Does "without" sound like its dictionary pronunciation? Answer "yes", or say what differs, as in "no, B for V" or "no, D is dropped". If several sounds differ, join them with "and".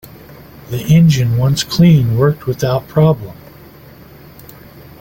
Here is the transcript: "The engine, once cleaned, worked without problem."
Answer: yes